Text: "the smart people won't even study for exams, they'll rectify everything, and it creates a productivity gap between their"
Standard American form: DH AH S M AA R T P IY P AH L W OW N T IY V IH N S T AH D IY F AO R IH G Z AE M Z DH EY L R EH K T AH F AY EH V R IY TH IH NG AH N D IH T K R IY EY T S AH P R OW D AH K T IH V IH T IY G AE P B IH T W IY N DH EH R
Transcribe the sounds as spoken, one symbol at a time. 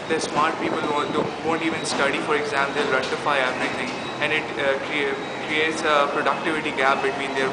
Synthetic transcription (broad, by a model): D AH S M AA R T P IY P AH L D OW N T IY V IH N S T AH D IY F AO R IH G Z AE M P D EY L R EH T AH F AY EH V R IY T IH NG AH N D IH T K R IY EY T S AH P R OW D AH K T IH V IH T IY G AE P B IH T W IY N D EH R